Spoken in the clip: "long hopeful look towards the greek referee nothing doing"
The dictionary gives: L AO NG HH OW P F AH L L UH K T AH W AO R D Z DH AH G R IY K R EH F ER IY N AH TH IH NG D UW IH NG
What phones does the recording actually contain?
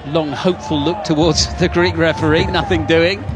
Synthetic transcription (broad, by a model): L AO NG HH OW P F AH L L UH K T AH W AO D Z DH AH G R IY K R EH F ER IY N AH TH IH NG D UW IH NG